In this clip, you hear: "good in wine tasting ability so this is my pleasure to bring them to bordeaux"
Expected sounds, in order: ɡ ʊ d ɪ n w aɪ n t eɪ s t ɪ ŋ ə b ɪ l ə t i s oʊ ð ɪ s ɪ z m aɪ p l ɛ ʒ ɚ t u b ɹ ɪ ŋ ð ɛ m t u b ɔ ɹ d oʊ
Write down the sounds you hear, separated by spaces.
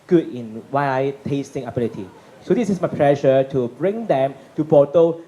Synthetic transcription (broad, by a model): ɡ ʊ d ɪ n w aɪ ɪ t eɪ s t ɪ ŋ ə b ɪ l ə t i s oʊ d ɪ s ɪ s m aɪ p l ɛ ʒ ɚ t u b ɹ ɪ ŋ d ɛ m t u b ɔ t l